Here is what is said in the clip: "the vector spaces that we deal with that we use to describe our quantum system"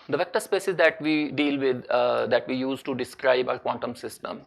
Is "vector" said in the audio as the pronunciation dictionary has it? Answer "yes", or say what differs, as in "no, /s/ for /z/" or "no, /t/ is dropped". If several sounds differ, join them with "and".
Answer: yes